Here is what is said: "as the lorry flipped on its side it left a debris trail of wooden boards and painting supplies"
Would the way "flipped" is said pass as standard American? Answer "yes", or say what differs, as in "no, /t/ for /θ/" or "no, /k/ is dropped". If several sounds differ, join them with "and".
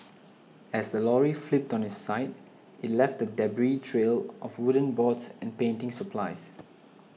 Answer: yes